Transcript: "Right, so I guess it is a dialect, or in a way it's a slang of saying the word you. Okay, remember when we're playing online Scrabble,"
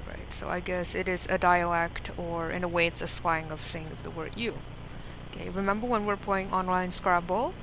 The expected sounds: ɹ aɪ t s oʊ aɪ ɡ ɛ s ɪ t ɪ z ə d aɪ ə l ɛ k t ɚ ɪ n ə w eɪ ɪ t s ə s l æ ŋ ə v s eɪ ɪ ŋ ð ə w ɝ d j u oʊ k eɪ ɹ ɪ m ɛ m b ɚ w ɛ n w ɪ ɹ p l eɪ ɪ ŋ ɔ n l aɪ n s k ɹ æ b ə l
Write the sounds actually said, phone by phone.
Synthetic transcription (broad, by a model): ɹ aɪ t s oʊ aɪ ɡ ɛ s ɪ t ɪ z ə d aɪ ə l ɛ k t ɚ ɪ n ə w eɪ ɪ t s ə s w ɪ ŋ ə v θ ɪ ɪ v ð ə w ɝ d j u oʊ k eɪ ɹ ɪ m ɛ m b ɚ w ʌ n w ɪ ɹ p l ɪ ɪ ŋ ɔ n l aɪ n s k ɹ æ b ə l